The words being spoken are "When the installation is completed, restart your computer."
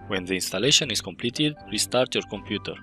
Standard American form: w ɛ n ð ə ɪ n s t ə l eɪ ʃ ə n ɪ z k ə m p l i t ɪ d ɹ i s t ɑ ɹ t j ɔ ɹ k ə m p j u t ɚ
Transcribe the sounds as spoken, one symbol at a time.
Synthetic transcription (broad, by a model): w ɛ n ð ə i n s t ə l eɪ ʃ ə n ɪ s k ə m p l i t ɪ d w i s t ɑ ɹ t j ɔ ɹ k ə m p j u t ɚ